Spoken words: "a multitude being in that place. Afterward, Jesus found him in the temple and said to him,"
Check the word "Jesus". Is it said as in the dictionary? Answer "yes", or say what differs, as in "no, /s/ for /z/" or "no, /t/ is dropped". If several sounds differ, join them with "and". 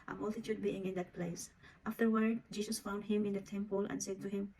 no, /s/ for /z/